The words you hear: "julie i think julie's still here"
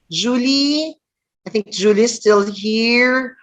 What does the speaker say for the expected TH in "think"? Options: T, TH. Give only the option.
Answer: TH